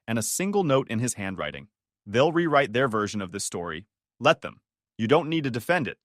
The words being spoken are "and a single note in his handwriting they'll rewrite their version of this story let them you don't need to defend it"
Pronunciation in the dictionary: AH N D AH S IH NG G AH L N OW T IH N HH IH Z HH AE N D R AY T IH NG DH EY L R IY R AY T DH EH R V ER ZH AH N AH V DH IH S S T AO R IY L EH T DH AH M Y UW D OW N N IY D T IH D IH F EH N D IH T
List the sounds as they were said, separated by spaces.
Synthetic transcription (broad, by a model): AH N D AH S IH NG G L N OW T IH N IH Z HH AE N D R AY T IH NG DH EY L R IY R AY T DH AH R V ER ZH AH N AH V DH IH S S T AO R IY L EH T DH AH M Y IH D OW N N IY D T IH D IH F EH N D IH T